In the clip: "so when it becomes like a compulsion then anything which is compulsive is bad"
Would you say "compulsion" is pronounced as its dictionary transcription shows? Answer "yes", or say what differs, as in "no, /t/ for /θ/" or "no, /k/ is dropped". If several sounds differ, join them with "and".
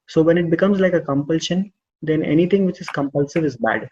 yes